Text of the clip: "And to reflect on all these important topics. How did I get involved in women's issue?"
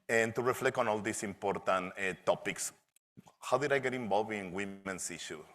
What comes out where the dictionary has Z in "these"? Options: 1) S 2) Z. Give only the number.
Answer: 1